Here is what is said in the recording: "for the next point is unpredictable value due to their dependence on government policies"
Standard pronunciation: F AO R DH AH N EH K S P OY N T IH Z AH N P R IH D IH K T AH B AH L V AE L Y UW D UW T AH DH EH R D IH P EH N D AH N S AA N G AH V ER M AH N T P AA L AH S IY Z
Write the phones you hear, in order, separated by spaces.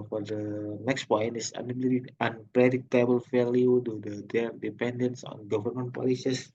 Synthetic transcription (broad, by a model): F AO R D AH N EH K S P OY N T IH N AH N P R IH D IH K T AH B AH L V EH L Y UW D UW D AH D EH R D IH P EH N D AH N S AA N G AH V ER M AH N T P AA L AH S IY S